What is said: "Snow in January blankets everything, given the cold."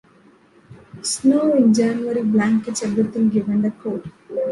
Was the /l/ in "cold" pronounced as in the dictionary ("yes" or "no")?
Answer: no